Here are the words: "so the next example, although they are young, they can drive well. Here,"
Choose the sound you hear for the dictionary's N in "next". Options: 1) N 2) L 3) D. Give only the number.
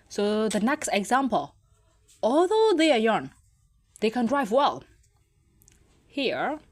1